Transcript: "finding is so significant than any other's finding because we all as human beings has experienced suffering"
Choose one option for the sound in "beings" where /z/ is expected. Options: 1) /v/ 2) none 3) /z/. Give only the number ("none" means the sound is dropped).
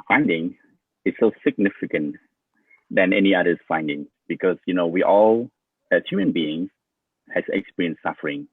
2